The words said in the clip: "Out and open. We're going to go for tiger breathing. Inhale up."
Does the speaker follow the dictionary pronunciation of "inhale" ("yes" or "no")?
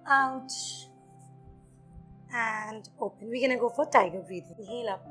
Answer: no